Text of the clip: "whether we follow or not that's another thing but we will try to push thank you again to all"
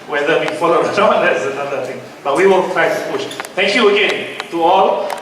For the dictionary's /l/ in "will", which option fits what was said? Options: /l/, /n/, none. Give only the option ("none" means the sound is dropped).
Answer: /n/